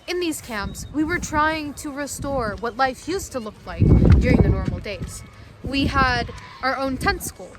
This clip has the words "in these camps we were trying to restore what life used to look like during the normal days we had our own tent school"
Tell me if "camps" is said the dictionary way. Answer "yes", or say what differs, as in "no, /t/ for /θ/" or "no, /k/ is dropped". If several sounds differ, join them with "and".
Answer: yes